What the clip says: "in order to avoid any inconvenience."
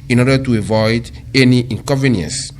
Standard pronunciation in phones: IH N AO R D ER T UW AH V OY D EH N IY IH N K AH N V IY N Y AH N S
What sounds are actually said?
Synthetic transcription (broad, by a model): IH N AO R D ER T UW AH V OY D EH N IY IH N K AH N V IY N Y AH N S